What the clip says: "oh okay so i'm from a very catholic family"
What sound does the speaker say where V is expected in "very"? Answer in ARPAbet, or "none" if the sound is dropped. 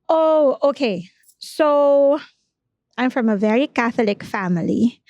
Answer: V